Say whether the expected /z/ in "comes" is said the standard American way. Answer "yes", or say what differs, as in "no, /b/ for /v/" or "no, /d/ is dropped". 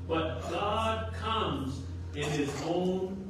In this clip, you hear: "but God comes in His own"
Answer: yes